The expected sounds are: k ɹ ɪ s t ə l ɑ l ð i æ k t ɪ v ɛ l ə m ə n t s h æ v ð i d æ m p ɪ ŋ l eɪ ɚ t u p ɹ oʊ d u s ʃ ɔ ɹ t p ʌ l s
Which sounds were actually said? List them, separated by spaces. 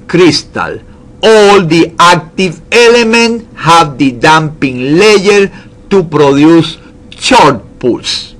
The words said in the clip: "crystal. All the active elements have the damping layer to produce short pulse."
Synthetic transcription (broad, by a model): k ɹ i s t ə l ɑ l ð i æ k t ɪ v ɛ l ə m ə n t h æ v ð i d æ m p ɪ ŋ l eɪ ɚ t u p ɹ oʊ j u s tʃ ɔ ɹ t p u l s